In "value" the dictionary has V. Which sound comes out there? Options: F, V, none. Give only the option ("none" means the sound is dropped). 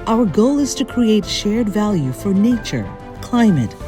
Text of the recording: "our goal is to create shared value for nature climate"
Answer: V